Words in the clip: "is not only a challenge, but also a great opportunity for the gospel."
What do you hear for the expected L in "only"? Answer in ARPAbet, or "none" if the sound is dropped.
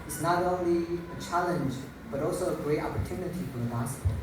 L